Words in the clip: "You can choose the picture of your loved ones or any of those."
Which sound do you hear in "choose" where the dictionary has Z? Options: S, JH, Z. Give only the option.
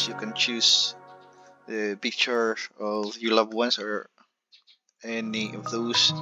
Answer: S